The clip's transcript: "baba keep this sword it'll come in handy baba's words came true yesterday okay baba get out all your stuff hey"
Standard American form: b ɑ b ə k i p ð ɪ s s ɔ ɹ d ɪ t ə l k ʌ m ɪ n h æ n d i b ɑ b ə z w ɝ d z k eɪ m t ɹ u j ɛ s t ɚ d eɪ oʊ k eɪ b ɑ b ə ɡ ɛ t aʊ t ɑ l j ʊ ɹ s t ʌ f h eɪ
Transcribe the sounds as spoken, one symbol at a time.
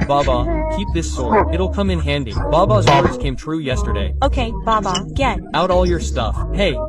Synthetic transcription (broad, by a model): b ɑ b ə k i p ð ɪ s s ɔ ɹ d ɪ t l k ʌ m ɪ n h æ n d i b ɑ b ə z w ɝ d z k eɪ m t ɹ u j ɛ s t ɚ d eɪ oʊ k eɪ b ɑ b ə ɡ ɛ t aʊ t ɑ l j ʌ ɹ s t ʌ f h eɪ